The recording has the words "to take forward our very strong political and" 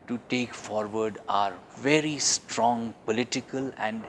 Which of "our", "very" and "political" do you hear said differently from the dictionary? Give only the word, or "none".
none